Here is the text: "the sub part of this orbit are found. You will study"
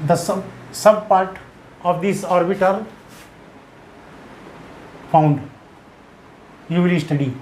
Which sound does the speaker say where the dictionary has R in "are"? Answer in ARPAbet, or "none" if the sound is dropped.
L